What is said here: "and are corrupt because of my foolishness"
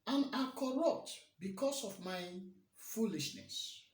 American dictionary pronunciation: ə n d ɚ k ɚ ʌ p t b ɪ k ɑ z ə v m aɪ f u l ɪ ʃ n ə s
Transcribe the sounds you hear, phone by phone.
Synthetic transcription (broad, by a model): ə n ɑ k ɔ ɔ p t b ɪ k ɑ s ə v m aɪ f u l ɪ ʃ n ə s